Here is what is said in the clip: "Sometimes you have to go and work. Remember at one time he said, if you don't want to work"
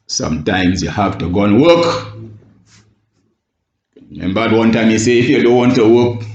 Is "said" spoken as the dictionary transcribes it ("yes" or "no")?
no